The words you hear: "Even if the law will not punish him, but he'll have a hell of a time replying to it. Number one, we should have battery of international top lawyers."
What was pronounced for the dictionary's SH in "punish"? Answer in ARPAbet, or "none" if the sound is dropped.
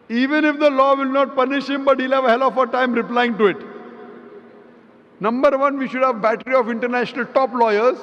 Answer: SH